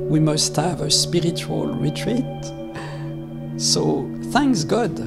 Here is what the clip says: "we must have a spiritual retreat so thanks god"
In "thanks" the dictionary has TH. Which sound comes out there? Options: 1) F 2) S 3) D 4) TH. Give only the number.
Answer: 4